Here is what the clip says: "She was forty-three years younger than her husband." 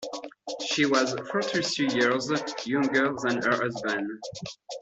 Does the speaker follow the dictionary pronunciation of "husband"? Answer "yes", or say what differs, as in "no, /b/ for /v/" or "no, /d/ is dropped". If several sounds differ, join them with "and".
no, /d/ is dropped